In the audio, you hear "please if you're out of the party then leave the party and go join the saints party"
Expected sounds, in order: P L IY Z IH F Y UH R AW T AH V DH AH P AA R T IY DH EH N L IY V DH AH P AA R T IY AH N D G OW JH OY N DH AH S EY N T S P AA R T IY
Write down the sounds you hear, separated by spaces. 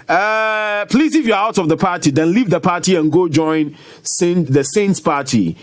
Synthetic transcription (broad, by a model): P L IY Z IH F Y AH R AW T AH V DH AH P AA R T IY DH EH N L IY V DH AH P AA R T IY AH N G OW JH OY N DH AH S EY N T S P AA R T IY